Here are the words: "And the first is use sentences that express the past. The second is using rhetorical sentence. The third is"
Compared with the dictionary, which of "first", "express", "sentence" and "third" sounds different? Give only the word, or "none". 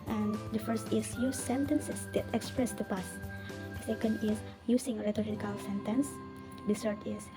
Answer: third